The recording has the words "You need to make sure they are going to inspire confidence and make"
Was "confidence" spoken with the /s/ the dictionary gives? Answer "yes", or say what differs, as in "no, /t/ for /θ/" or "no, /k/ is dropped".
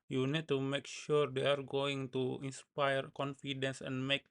yes